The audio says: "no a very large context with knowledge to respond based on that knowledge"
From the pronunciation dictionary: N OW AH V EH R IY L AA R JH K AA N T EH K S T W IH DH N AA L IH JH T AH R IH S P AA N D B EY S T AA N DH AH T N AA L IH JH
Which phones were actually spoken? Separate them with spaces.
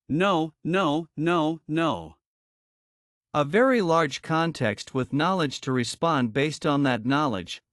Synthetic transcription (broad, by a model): N OW AH V EH R IY L AA R JH K AA N T EH K S T W IH DH N AA L IH JH T AH R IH S P AA N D B EY S T N DH AH T N AA L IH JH